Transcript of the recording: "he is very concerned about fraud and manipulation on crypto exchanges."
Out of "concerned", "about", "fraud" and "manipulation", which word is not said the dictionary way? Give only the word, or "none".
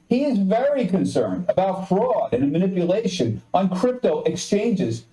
none